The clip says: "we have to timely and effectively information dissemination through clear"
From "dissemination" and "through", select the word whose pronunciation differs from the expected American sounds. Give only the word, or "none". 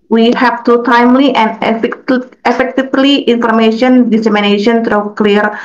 through